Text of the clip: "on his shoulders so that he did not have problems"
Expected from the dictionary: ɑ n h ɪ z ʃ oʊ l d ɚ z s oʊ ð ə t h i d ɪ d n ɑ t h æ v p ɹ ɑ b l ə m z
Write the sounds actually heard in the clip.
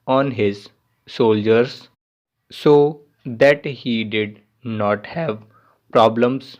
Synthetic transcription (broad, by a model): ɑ n h ɪ z s oʊ l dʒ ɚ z s oʊ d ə t h i d ɪ d n ɑ t h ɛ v p ɹ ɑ b l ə m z